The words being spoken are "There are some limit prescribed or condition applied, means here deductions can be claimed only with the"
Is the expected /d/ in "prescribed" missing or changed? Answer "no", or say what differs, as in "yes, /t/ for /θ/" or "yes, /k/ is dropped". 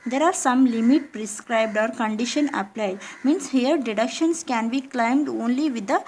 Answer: no